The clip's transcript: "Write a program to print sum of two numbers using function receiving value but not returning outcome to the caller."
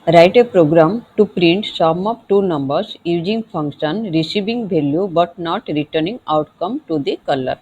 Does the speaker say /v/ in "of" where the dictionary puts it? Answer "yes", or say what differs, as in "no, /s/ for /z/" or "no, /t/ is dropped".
no, /p/ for /v/